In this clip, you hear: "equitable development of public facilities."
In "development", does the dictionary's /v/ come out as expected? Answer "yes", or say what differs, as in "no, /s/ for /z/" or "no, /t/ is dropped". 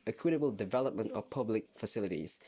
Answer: yes